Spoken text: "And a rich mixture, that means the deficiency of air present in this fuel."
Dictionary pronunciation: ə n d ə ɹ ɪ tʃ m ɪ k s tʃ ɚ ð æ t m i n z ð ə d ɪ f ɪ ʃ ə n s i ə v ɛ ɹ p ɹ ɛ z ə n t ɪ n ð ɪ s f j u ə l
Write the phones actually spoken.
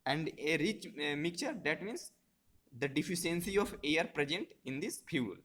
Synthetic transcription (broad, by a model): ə n d ə ɹ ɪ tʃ m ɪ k tʃ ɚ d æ t m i n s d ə d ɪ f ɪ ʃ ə n s i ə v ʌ ɹ p ɹ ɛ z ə n t ɪ n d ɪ s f j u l